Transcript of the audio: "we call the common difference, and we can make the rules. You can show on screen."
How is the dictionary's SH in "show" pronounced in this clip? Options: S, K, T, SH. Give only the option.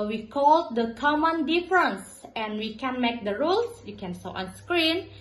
S